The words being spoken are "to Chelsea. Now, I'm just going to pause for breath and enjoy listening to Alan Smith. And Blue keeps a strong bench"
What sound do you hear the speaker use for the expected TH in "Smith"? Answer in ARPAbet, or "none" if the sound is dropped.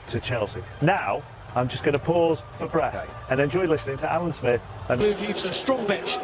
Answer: TH